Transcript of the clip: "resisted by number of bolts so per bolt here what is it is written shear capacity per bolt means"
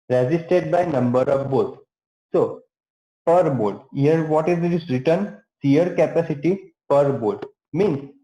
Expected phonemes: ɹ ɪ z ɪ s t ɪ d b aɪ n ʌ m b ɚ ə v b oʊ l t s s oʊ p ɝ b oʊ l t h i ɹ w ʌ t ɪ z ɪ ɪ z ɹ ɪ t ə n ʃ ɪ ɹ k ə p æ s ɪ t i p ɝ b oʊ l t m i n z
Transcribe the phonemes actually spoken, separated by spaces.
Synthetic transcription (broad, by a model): ɹ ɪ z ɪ s t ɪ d b aɪ n ʌ m b ɚ ə v b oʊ t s s oʊ p ɝ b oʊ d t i ɹ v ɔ t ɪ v ɪ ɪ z ɹ ɪ t ə n s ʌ ɹ k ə p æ s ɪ t i p ɝ b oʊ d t m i n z